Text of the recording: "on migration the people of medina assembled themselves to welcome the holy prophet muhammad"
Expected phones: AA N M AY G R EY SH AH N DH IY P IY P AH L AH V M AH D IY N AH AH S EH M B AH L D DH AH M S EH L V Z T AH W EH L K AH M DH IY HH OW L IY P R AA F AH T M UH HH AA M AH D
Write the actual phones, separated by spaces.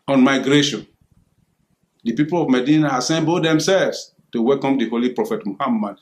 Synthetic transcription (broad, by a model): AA N M AY G R EY SH AH N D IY P IY P AH L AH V M AH D IY N AH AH S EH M B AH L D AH M S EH L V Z T AH W EH L K AH M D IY HH OW L IY P R AA F AH T M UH HH AA M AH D